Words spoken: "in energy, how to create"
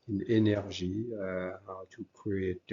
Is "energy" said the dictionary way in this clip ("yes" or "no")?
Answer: no